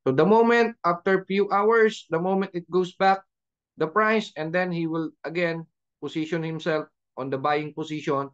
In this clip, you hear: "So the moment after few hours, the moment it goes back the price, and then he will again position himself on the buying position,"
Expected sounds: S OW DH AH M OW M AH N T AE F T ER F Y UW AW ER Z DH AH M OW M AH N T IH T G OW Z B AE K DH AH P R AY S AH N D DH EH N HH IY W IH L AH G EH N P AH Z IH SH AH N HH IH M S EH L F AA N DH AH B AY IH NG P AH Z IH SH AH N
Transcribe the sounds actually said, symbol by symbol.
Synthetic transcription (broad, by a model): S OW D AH M OW M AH N T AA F T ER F Y UW AW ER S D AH M OW M AH N T IH T G OW S B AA K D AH P R AY S AH N D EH N HH IY W IH L AH G EH N P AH S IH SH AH N HH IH M S EH L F AA N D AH B AY IH NG P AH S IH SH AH N